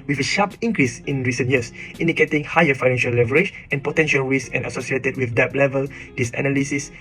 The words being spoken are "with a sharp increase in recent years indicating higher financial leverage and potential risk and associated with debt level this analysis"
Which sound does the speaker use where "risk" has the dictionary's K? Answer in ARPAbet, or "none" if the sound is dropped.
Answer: none